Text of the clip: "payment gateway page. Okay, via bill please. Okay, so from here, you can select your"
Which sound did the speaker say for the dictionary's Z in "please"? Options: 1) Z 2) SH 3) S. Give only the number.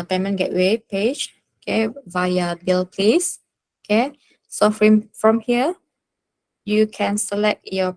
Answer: 3